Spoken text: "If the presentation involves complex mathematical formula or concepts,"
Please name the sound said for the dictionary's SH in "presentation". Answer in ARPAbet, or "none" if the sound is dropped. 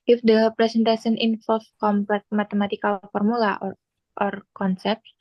S